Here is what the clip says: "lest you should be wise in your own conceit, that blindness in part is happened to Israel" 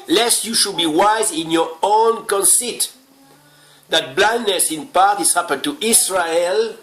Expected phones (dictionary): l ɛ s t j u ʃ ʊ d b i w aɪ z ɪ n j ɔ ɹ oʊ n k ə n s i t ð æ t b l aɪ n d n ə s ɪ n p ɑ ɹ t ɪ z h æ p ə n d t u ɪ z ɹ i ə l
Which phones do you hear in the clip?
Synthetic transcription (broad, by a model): l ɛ s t j u ʃ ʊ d b i w aɪ z ɪ n j ɔ ɹ oʊ n k ə n s i t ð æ t b l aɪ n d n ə s ɪ n p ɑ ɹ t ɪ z h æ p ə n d t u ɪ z ɹ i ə l